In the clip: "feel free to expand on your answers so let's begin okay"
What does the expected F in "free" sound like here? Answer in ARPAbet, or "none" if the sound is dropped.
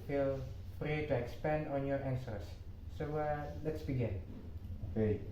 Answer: P